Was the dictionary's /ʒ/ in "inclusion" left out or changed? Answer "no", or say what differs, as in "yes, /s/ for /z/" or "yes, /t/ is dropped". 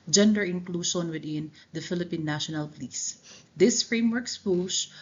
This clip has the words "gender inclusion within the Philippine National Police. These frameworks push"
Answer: yes, /ʃ/ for /ʒ/